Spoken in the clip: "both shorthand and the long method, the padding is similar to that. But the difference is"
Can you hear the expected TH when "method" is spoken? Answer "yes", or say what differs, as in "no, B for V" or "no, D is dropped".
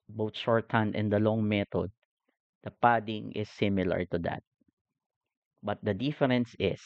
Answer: no, T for TH